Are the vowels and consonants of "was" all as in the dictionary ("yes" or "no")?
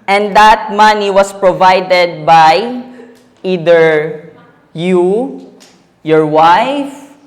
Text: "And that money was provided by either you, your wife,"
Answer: no